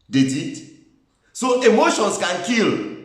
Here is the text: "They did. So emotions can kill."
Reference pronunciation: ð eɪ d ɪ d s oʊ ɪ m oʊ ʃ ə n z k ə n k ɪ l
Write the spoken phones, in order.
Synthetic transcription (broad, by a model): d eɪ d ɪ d s oʊ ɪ m oʊ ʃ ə n s k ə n k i l